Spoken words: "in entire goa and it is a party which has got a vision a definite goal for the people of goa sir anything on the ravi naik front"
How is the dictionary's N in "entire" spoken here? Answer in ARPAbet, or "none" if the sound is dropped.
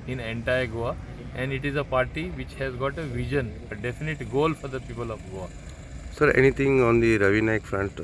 N